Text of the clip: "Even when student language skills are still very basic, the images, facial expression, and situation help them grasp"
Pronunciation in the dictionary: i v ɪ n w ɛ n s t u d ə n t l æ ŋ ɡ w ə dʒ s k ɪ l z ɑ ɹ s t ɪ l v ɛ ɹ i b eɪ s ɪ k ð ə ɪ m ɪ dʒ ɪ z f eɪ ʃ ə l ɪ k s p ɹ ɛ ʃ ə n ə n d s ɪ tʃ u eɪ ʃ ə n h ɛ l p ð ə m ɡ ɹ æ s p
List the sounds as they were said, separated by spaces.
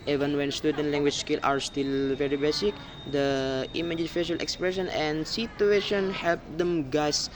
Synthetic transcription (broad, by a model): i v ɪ n w ɛ n s t u d ə n t l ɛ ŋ ɡ w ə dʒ s k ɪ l ɑ ɹ s t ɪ l v ɛ ɹ i b eɪ s ɪ k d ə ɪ m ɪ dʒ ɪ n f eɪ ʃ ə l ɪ k s p ɹ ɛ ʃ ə n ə n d s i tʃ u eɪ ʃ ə n h ɛ l p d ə m ɡ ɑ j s